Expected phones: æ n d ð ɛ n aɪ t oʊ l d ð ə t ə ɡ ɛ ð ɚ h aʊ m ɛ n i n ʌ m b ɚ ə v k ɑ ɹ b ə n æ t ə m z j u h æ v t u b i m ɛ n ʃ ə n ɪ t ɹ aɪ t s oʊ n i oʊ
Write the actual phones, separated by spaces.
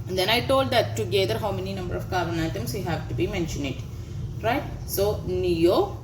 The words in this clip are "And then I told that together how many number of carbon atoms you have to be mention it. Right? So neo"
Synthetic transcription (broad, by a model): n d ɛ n aɪ t oʊ l d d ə t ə ɡ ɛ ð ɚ h aʊ m ɛ n i n ʌ m b ɚ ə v k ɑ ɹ ə n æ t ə m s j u h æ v t u b i m ɛ n ʃ ə n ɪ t ɹ aɪ t s oʊ n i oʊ